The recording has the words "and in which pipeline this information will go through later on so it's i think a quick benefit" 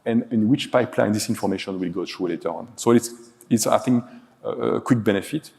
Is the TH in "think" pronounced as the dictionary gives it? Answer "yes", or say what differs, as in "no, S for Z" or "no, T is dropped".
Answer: no, S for TH